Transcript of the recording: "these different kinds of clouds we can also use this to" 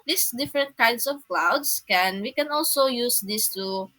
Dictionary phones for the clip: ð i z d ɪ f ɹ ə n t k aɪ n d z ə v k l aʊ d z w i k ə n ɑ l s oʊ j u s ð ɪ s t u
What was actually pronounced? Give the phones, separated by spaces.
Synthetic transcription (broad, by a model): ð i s d ɪ f ɹ ə n t k aɪ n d s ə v k l aʊ d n w i k ə n ɑ l s oʊ j u s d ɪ s t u